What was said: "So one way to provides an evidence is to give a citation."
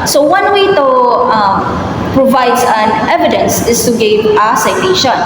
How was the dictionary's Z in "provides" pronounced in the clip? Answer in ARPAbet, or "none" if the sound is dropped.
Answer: none